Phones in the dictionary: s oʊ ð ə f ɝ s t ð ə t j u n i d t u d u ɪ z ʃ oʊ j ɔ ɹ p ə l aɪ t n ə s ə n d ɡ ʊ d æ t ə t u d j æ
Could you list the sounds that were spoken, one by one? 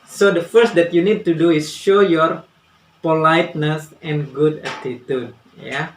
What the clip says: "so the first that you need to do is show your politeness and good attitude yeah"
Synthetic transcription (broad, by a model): s oʊ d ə f ɝ s t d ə t j u n i d t u d u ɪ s ʃ oʊ j ɔ ɹ p ə l aɪ t n ə s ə n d ɡ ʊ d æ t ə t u d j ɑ